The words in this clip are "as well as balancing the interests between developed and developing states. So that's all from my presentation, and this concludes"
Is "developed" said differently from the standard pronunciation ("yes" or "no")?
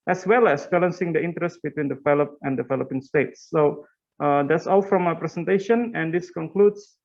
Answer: yes